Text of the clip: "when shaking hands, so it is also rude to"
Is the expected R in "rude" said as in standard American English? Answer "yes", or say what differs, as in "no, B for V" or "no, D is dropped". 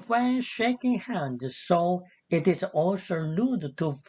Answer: no, L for R